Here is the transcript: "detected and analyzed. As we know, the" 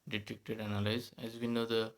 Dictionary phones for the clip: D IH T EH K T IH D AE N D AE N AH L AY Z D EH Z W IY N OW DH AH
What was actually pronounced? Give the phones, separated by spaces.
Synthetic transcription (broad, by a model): D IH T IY K T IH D D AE N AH L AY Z EH Z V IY N OW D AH